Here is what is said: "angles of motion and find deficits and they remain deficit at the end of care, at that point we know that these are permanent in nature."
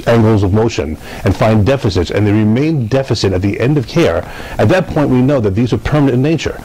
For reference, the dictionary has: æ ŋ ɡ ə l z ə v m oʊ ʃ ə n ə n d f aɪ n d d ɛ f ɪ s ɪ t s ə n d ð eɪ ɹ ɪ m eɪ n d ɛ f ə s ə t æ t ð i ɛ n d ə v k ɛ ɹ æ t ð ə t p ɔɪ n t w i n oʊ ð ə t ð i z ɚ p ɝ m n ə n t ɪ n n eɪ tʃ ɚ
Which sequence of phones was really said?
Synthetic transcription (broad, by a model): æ ŋ ɡ l z ə v m oʊ ʃ ə n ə n f aɪ n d d ɛ f ɪ s ɪ t s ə n ð eɪ ɹ ɪ m eɪ n d ɛ f ə s ə t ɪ t ð i ɛ n d ə v k ɛ ɹ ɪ t ð ə t p ɔɪ n t w i n oʊ ð ə t ð i z ɚ p ɝ m ə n ɪ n n eɪ tʃ ɚ